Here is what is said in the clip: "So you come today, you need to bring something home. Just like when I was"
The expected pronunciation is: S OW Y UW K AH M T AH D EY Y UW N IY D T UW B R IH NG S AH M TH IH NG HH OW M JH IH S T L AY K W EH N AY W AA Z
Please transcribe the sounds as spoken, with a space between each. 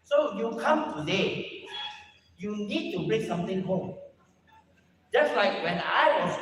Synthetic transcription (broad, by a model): S OW Y UW K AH M T AH D EY Y UW N IY D T UW B R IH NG S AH M T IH NG HH OW M JH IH S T L AY K W EH N AY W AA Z